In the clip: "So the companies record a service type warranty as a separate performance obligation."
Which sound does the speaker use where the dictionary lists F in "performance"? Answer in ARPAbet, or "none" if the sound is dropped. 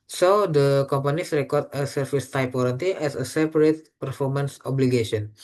F